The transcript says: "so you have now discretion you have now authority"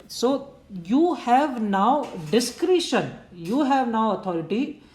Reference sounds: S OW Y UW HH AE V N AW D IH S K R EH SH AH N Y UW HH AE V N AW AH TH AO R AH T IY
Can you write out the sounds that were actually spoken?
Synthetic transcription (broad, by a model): S OW Y UW HH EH V N AW D IH S K R EH SH AH N Y UW HH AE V N AW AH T AO R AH T IY